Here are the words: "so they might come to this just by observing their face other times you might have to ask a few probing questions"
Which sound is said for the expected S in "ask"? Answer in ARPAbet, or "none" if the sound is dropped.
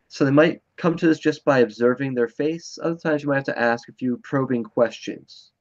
S